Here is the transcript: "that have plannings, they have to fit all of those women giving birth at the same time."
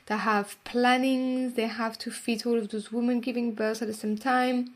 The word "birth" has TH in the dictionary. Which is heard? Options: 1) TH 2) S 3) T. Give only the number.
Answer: 2